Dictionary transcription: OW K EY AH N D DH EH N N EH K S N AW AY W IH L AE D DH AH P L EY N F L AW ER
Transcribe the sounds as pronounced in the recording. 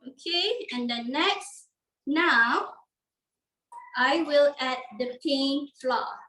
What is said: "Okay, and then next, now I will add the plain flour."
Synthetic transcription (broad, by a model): OW K EY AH N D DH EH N N EH K S N AW AY W IH L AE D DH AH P EY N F L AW